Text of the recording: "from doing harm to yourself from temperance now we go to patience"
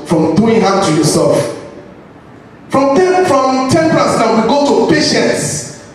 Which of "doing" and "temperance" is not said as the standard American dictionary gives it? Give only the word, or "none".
temperance